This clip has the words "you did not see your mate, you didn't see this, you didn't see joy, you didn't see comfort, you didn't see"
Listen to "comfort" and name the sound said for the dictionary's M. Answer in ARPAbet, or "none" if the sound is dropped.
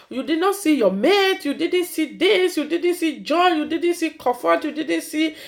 none